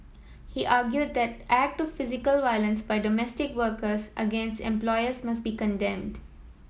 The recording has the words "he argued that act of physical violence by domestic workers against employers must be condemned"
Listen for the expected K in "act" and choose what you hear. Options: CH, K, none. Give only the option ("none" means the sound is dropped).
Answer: K